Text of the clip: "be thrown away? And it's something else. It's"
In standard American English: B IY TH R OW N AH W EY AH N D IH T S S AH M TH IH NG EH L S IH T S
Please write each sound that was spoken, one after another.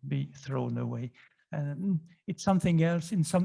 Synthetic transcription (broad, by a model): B IY TH R OW N AH W EY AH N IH T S S AH M TH IH NG EH L S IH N S